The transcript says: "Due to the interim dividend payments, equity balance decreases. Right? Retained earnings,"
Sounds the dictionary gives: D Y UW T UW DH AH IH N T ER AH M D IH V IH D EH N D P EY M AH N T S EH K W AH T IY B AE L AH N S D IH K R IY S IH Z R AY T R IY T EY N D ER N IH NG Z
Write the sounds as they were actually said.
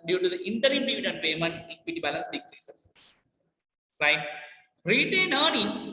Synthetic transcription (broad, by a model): D Y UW T UW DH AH IH N T ER AH M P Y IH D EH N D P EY M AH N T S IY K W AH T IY B AE L AH N S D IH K R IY S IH S R AY T R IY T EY N AA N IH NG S